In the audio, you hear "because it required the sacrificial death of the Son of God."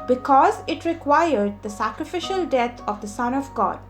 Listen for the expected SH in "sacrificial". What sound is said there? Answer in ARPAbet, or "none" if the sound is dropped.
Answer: SH